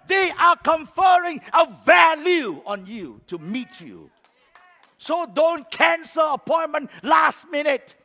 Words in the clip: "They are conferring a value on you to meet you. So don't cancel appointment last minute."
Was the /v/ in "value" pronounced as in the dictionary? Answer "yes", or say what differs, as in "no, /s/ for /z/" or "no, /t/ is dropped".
yes